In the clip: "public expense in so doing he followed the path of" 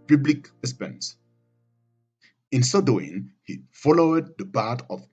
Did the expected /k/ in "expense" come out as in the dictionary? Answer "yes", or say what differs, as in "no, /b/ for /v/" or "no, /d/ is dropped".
no, /k/ is dropped